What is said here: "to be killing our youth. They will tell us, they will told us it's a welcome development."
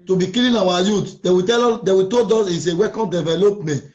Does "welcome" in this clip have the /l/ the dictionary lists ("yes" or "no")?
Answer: no